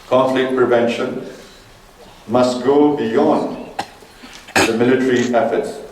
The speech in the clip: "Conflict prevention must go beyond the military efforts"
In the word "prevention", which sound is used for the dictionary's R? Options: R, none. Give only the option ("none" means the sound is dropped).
R